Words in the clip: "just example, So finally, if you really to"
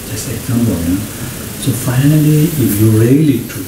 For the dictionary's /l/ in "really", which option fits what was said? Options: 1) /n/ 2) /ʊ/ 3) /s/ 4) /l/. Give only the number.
4